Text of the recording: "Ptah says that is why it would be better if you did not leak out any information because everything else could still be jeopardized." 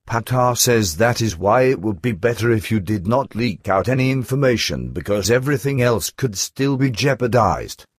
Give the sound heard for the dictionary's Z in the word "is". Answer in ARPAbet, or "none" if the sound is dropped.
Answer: Z